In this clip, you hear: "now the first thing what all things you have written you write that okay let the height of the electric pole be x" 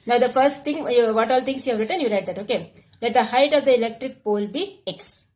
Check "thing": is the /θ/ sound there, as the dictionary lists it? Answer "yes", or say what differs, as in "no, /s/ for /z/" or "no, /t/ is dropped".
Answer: no, /t/ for /θ/